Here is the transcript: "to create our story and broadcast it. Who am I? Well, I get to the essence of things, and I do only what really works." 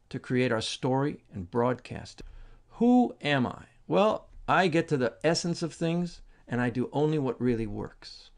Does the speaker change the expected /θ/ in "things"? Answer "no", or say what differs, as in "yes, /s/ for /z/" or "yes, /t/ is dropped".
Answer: no